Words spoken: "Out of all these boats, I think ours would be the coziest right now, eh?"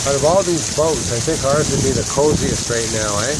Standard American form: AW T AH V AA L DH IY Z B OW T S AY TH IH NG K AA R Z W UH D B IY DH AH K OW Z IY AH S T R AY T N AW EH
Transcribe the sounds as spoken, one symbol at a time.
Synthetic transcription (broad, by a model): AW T AH V AA L DH IY Z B OW T S AY TH IH NG K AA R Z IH B IY DH AH K OW Z IY AH S T R AY T N AW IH